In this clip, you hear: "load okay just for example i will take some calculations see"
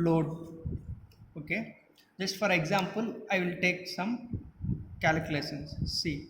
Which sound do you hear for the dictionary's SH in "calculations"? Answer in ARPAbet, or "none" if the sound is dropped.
S